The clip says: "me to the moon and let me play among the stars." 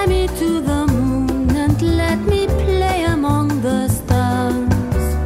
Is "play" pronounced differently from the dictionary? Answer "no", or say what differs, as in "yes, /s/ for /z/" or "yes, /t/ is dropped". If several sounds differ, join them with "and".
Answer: no